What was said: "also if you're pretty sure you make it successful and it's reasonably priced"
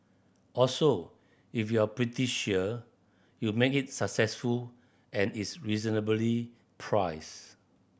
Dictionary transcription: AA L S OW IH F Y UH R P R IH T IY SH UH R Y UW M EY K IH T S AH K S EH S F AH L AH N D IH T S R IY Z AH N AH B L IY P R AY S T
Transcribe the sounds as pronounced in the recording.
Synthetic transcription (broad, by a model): AA L S OW IH F Y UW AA P R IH T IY SH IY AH Y UW M EY K IH T S AH K S EH S F AH L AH N IH T S R IY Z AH N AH B L IY P R AY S